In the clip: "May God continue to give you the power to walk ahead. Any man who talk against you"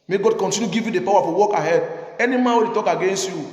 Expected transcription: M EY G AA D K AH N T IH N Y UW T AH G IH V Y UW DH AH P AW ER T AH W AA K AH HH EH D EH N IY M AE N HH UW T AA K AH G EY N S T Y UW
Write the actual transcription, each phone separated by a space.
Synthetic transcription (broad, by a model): M EY G AA D K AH N T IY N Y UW G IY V Y UW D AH P AW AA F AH W AA K AH HH EH D EH N IY M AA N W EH T AA K AH G EY N S T Y UW